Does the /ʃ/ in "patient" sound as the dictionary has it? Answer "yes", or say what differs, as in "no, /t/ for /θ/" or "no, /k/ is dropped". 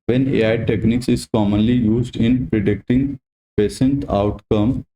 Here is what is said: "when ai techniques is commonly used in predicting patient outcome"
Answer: no, /s/ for /ʃ/